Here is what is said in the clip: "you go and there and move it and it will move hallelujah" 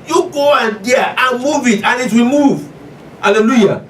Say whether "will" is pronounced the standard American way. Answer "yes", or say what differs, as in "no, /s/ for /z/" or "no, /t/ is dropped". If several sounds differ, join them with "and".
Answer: yes